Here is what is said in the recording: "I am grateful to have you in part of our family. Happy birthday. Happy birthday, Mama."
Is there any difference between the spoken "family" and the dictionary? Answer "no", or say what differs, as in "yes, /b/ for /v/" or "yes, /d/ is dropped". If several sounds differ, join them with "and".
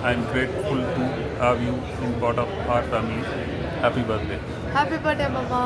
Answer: yes, /l/ is dropped